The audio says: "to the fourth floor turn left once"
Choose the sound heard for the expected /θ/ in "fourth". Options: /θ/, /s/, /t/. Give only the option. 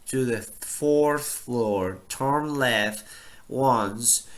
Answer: /θ/